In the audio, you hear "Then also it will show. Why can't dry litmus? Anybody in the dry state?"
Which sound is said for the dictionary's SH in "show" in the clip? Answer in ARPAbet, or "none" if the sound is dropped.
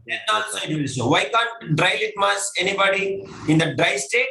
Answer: S